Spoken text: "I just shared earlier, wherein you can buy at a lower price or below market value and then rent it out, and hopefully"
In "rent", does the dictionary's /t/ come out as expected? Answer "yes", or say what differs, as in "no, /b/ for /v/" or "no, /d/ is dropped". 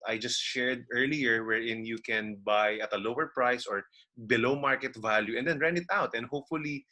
no, /t/ is dropped